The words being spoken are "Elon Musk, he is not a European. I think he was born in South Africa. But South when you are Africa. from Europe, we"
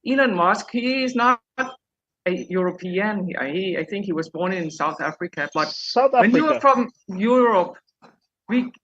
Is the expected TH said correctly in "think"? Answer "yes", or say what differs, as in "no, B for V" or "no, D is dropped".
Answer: yes